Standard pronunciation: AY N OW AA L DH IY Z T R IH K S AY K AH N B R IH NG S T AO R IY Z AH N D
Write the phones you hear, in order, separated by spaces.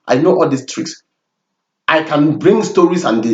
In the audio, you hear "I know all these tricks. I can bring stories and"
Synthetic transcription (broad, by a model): AY N OW AA L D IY S T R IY K S AY K AH N B R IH NG S T AO R IY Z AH N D